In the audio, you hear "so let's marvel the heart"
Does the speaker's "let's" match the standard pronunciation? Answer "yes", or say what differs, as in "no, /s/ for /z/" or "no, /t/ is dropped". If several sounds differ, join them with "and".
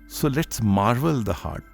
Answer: no, /s/ is dropped